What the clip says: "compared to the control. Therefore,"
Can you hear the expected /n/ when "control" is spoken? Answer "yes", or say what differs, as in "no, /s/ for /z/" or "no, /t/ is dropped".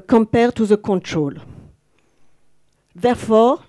yes